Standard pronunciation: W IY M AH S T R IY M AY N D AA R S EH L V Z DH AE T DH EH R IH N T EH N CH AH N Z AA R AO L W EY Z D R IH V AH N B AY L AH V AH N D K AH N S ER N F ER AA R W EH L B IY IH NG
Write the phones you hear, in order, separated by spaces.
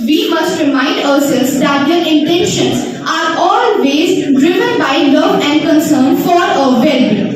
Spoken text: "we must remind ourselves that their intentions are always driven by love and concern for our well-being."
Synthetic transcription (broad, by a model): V IY M AH S T R IY M AY N D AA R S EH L Z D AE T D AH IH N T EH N SH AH N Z AA R AO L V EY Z D R IH V AH N B AY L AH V AH N D K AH N S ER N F AA R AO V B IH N